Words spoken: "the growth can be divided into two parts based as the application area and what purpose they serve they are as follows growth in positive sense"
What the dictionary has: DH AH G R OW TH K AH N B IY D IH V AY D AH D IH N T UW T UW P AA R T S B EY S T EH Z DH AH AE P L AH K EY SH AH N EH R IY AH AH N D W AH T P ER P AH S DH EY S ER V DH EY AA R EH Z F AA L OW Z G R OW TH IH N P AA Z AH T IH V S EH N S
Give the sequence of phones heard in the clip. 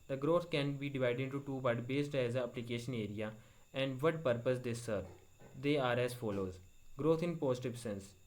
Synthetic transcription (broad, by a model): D AH G R OW T K AH N B IY D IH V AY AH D IH N T UW T UW B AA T B EY S T EH Z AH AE P L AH K EY SH AH N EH R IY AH AH N D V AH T P ER P AH S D EY S ER V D EY AA R EH Z F AA L OW Z G R OW T IH N P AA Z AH T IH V S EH N S